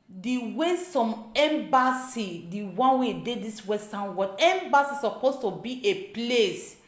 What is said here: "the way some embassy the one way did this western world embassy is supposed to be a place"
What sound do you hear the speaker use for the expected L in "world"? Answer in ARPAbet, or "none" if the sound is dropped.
none